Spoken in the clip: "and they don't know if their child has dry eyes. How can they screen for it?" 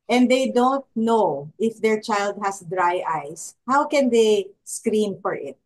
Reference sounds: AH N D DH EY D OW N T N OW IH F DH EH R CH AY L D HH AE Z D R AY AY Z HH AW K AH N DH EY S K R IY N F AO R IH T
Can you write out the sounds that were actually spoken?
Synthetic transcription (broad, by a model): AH N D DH EY D OW N T N OW IH F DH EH R CH AY L D HH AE S D R AY AY S HH AW K AH N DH EY S K R IY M F AO R IH T